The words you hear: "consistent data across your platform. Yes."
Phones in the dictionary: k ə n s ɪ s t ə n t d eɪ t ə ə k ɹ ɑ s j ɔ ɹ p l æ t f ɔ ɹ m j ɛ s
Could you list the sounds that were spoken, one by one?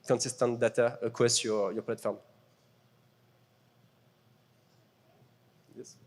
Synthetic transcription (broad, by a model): k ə n s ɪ s t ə n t d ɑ t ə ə k w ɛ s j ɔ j p l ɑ t f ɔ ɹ m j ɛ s